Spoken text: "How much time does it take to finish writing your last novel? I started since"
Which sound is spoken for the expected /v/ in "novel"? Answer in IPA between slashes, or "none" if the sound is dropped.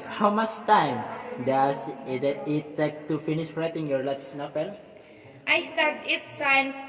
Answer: /f/